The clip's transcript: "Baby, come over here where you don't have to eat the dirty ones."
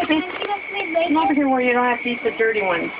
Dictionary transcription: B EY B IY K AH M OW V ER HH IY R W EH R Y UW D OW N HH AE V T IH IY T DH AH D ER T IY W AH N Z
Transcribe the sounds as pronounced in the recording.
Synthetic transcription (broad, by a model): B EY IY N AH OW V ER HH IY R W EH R Y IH D OW N HH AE F T IH IY T DH AH D ER T IY W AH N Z